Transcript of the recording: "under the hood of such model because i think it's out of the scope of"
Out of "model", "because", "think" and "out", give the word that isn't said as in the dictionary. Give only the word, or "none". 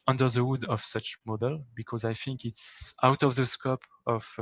none